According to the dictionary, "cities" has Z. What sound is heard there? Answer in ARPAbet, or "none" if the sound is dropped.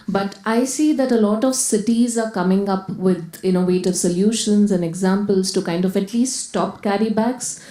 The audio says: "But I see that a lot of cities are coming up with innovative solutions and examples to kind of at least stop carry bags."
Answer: Z